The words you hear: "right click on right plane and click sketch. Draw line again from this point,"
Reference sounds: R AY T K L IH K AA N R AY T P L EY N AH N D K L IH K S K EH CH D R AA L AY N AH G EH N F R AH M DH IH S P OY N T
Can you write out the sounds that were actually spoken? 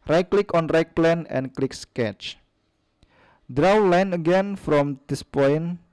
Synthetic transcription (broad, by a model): R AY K L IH K AA N R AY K P L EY N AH N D K L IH K S K EH CH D R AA L AY N AH G EH N F R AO M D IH S P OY N